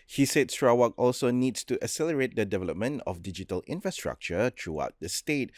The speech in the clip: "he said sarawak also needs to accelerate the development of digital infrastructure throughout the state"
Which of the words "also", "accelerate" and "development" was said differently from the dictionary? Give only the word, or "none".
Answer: accelerate